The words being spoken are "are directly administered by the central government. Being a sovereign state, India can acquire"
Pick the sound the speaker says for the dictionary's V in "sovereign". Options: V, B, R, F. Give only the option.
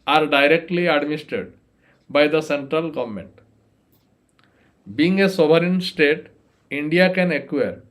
B